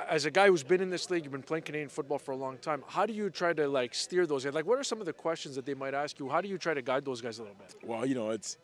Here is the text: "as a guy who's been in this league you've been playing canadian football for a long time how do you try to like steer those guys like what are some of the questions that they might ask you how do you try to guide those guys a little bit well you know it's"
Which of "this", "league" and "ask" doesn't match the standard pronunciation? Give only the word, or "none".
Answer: none